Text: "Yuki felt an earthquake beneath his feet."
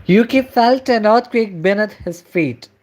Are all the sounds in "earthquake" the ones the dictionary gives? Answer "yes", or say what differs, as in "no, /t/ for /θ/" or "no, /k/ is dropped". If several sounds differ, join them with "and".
no, /t/ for /θ/